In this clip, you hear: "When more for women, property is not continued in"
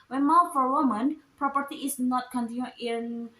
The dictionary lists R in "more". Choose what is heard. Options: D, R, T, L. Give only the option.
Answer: L